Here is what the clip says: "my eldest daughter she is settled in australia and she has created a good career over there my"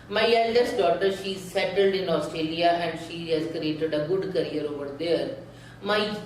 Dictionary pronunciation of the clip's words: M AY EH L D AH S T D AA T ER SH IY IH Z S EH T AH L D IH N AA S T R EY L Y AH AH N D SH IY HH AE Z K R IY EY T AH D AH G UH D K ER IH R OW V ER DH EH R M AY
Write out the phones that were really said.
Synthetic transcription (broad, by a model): M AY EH L D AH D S D AA T ER SH IY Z S EH T AH L D IH N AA S T R EY L Y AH AH N D SH IY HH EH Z K R IY EY T AH D AH G UH D K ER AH R OW V ER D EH R M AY